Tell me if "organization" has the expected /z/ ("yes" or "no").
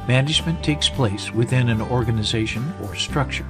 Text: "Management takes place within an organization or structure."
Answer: yes